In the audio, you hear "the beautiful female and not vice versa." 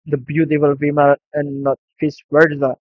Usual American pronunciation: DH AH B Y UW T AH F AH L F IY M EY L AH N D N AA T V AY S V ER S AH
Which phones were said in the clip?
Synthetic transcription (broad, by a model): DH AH B Y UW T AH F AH L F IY M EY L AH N N AA T F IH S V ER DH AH